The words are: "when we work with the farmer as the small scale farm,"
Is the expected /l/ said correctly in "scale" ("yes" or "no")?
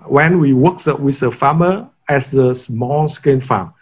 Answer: no